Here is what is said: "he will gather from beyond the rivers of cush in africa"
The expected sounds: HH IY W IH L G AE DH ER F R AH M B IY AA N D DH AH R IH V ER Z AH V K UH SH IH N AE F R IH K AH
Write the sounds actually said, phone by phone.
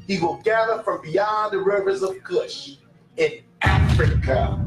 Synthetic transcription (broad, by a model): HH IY W IH L G AE DH ER F R AH M B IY AA N DH AH R IH V ER Z AH V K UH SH IH N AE F R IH K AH